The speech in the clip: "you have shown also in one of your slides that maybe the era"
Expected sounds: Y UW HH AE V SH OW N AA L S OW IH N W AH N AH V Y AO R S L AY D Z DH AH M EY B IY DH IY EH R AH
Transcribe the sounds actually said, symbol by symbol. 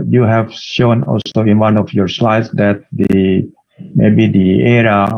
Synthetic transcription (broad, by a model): Y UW HH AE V SH OW N AA L S OW IH N W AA N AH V Y AO R S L AY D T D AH M EY B IY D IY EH R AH